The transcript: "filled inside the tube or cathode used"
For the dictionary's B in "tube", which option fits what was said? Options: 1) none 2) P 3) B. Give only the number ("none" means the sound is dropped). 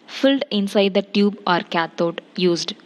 3